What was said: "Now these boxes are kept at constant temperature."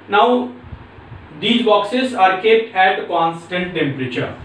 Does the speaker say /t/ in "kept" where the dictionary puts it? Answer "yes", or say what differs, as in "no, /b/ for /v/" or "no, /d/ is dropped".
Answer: yes